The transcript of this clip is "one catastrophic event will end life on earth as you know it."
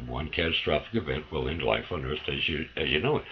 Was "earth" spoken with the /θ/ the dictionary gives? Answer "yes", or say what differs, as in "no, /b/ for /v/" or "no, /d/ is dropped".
no, /t/ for /θ/